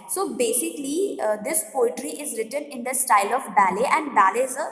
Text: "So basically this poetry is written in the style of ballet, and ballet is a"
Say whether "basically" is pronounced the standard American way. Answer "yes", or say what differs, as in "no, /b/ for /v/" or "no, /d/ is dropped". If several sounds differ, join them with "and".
yes